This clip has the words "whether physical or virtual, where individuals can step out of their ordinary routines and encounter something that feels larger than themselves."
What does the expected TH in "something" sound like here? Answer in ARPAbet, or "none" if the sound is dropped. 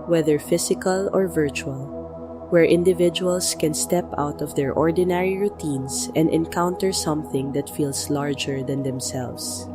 TH